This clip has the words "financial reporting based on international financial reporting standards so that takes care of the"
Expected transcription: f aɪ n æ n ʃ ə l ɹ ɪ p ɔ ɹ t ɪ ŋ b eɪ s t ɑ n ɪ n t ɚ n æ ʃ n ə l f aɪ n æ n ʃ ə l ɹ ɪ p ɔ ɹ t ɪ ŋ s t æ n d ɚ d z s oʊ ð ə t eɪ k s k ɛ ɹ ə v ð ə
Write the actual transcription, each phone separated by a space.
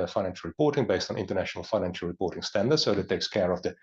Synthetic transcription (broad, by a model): f aɪ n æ n ʃ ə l ɹ ɪ p ɔ ɹ t ɪ ŋ b eɪ s t n ɪ n t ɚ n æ ʃ n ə l f aɪ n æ n ʃ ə l ɹ ɪ p ɔ ɹ t ɪ ŋ s t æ n d ɚ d s oʊ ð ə t eɪ k s k ɛ ɹ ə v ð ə